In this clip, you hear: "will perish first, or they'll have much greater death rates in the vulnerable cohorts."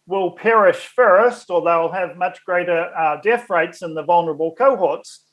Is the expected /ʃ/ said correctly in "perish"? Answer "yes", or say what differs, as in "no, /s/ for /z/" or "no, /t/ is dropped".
yes